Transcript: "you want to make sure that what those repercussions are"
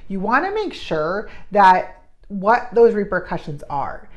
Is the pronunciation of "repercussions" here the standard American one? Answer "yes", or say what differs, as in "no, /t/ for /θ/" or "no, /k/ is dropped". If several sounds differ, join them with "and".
yes